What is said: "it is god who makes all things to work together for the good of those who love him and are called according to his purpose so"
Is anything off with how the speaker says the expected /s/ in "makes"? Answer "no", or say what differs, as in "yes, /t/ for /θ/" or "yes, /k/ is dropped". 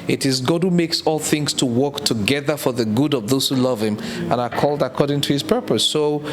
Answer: no